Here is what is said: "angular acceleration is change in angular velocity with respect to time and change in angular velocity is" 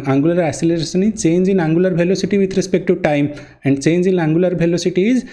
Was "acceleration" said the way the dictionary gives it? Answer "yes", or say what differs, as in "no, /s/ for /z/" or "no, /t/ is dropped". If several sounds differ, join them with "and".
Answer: no, /k/ is dropped